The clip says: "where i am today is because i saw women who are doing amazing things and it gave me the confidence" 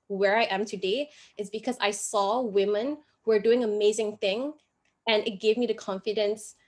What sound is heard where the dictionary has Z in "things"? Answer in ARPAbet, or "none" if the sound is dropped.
none